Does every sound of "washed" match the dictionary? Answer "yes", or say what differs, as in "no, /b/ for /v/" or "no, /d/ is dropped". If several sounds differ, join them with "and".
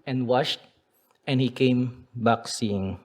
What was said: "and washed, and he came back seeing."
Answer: yes